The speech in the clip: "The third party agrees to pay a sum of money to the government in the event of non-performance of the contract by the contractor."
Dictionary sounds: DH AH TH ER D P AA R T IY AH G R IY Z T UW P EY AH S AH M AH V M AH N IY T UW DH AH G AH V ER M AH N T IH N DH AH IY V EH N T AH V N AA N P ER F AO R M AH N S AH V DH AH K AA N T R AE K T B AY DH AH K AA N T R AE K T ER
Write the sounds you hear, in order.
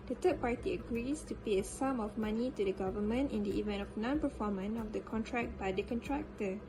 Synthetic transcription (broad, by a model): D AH T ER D P AA R T IY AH G R IY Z T UW P EY AH S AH M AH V M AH N IY T UW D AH G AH V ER M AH N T IH N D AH IY V EH N T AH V N AA N P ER F AO M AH N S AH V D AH K AA N T R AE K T B AY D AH K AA N T R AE K T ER